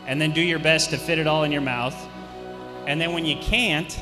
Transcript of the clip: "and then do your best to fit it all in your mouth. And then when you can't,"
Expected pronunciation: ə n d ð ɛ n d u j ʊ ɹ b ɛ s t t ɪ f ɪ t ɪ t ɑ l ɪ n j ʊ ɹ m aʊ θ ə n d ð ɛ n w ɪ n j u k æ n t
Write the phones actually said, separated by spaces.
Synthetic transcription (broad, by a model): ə n ð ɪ n d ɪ j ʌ ɹ b ɛ s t t ɪ f ɪ t ɪ t ɑ l ɪ n j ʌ ɹ m aʊ θ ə n ð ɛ n w ɪ n j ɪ k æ n t